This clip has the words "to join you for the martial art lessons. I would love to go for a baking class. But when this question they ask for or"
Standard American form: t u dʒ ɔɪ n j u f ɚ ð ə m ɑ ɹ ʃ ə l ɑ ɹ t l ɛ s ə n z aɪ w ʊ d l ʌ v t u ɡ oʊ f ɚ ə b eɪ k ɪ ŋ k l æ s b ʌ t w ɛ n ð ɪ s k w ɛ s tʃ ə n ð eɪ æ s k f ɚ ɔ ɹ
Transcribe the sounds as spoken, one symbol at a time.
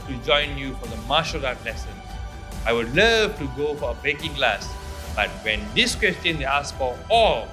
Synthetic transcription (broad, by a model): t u dʒ ɔɪ n j u f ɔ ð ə m ɑ ʃ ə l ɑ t l ɛ s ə n aɪ w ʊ d l ʌ v t u ɡ oʊ f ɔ ə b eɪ k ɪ ŋ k l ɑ s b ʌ t w ɛ n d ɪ s k w ɛ s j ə n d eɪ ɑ s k f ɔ ɔ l